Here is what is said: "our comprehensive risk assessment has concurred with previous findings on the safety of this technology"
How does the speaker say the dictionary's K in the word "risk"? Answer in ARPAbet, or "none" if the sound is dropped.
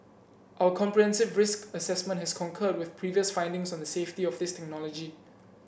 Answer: K